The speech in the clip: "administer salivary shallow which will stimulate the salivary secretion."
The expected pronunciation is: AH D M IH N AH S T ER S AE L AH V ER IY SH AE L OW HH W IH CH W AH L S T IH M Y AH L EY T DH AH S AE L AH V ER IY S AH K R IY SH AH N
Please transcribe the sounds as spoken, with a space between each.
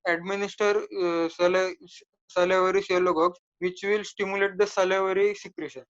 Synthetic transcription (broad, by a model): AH D M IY N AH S T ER S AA L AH V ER IY S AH L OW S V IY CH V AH L S T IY M Y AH L EY T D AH S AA L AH V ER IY S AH K R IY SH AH N